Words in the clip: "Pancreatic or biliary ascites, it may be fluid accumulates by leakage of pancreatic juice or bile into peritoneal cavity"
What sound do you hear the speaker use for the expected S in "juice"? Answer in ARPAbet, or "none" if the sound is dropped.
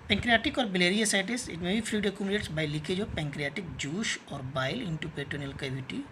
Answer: SH